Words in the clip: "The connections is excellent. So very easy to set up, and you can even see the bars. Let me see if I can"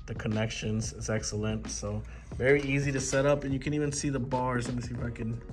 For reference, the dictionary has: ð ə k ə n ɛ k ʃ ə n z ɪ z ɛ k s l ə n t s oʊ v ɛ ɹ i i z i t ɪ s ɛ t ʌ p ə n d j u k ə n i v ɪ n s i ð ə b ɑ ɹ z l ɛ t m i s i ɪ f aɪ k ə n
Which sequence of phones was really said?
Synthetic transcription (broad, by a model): ð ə k ə n ɛ k ʃ ə n z ɪ z ɛ k s l ə n t s oʊ v ɛ ɹ i i z i t ɪ s ɛ t ʌ p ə n j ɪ k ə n i v ɪ n s i ð ə b ɑ ɹ z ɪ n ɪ s i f aɪ k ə n